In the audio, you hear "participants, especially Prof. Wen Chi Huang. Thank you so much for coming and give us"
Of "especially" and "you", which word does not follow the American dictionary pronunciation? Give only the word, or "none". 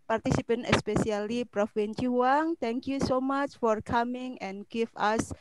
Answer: especially